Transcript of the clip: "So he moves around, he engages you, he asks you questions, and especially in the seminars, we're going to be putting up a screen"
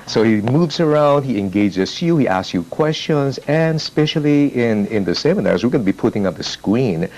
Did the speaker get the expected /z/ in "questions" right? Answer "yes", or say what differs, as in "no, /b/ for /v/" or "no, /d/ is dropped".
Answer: yes